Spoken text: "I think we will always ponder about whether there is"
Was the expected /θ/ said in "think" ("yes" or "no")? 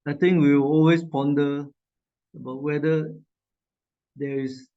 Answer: no